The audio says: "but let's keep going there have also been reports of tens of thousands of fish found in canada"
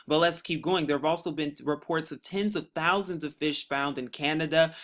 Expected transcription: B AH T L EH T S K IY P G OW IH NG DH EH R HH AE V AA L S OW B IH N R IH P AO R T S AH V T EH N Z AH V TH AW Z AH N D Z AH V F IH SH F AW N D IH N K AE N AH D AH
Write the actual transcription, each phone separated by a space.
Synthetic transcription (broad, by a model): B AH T L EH T S K IY P G OW IH NG DH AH R V AA L S OW B IH N R IH P AO R T S AH V T EH N Z AH V TH AW Z AH N D Z AH V F IH SH F AW N D IH N K AE N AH D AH